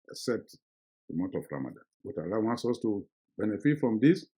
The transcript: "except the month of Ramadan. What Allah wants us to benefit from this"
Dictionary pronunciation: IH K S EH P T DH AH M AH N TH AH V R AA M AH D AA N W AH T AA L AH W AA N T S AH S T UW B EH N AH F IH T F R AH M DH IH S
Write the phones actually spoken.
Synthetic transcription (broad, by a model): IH K S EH P T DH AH M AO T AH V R AA M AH D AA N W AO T AA L AH W AA N T S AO S T UW B EH N AH F IH T F R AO M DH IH S